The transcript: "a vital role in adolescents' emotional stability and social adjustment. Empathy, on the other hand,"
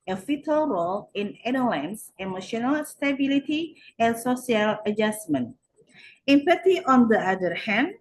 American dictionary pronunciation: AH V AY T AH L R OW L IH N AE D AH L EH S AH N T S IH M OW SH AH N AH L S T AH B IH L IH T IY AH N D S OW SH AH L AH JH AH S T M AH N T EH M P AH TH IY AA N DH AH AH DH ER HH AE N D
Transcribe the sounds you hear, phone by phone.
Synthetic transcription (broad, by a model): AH F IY T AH L R OW L IH N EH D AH L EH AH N S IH M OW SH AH N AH L S T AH B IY L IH T IY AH N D S OW S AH L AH JH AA S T M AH N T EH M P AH T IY AA N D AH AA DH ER HH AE N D